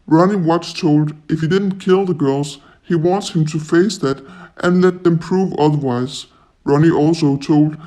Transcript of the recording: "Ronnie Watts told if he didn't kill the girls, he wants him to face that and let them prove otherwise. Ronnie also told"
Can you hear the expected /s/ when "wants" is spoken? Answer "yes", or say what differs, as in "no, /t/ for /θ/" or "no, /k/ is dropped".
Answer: yes